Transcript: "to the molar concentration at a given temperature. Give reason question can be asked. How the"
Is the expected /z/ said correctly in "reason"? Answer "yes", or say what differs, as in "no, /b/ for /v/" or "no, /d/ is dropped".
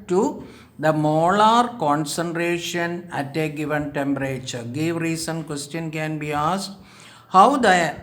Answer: no, /s/ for /z/